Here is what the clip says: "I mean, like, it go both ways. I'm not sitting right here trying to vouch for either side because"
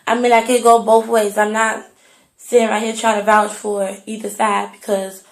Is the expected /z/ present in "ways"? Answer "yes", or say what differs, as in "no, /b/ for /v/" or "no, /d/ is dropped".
yes